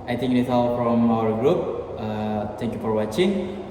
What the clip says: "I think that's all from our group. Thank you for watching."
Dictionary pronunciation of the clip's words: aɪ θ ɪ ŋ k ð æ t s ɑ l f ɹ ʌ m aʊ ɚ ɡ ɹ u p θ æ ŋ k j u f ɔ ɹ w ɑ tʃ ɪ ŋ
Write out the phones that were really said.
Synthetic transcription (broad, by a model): aɪ t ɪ ŋ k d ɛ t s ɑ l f ɹ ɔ m aʊ ɚ ɡ ɹ u p t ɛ ŋ k j u f ɔ ɹ w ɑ tʃ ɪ ŋ